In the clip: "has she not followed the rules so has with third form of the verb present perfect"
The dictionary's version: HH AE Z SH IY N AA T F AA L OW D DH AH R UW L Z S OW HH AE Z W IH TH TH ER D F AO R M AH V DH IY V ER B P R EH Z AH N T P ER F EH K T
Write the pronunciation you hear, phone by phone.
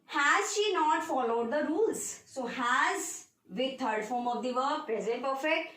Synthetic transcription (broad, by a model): HH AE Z SH IY N AA T F AA L OW D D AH R UW L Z S OW HH AE Z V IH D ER D F AO R M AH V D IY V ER P R EH Z AH N T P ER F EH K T